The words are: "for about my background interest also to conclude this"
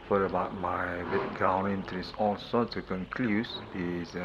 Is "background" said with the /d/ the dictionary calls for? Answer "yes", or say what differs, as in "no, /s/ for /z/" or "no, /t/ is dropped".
no, /d/ is dropped